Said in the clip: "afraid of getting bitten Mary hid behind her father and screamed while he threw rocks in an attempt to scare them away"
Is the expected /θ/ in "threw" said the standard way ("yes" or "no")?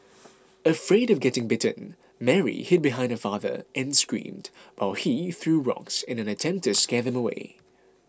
yes